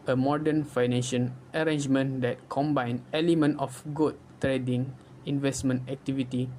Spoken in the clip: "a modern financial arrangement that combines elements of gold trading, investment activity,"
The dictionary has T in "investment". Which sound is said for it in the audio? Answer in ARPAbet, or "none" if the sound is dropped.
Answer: T